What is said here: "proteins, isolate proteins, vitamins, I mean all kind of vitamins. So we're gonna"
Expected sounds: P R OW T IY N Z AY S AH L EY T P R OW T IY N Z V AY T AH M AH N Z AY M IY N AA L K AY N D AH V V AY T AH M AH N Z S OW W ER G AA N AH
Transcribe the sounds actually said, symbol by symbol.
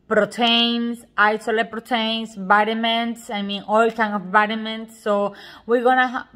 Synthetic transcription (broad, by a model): P R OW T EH N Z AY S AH L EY P R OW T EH N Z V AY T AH M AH N S AY M IY N AA L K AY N AH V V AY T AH M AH N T S OW W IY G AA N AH